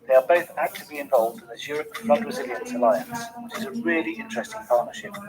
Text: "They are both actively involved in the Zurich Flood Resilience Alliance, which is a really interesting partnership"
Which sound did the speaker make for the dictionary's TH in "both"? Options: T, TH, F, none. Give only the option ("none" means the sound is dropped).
TH